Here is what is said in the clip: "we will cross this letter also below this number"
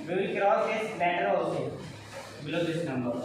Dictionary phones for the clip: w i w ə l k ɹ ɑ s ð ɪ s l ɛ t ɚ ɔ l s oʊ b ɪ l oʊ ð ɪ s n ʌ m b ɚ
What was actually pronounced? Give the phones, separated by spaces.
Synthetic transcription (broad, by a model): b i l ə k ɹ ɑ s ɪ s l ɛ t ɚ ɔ s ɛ b ɪ l oʊ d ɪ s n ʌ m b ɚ